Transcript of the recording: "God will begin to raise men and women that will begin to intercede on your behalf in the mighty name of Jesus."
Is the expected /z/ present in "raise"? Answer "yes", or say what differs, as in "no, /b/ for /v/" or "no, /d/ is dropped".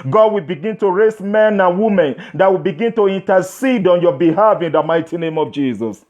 no, /s/ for /z/